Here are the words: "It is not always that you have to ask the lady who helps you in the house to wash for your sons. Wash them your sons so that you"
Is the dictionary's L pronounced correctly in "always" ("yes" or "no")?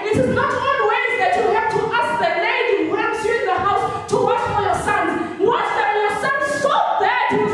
no